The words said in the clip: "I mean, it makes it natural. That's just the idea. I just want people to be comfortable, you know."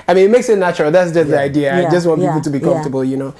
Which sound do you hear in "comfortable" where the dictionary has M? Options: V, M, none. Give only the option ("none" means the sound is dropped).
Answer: none